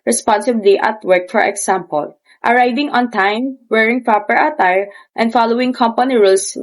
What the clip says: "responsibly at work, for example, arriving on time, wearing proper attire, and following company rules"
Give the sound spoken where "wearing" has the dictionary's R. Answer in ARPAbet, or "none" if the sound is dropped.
R